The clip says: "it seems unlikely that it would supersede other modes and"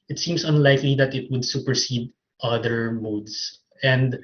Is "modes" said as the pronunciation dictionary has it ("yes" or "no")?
no